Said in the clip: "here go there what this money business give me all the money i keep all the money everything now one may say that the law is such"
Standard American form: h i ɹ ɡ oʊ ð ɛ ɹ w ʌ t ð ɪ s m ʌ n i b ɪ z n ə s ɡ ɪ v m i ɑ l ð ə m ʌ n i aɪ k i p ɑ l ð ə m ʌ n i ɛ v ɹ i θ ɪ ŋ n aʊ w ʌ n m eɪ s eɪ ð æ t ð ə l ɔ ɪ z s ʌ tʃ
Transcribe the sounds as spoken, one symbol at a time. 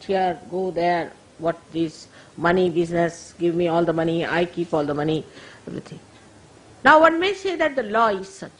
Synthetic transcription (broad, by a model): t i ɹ ɡ oʊ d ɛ ɹ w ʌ t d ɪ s m ʌ n i b ɪ z n ə s ɡ ɪ v m i ɑ l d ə m ʌ n i aɪ k i p ɑ l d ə m ʌ n i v i t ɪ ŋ n aʊ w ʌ n m eɪ s eɪ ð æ t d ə l ɔ ɪ z s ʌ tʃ